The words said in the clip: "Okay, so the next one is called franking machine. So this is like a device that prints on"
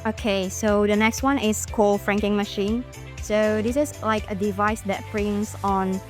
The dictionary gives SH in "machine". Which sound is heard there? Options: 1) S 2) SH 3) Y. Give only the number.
2